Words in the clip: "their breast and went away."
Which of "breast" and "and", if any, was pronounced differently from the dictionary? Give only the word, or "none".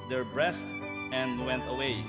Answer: none